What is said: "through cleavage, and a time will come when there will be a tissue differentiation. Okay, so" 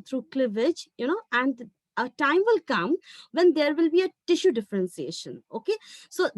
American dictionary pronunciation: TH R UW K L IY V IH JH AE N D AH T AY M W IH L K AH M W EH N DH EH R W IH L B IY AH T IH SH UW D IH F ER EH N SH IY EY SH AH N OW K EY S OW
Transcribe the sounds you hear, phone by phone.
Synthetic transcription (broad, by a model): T R UW K L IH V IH JH AE N D AH T AY M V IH L K AH M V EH N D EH R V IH L B IY AH T IH SH UW D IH F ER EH N S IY EY SH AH N OW K EY S OW